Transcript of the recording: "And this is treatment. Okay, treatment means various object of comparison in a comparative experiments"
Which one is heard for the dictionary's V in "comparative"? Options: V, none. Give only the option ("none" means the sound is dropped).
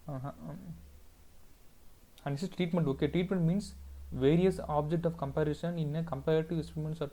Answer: none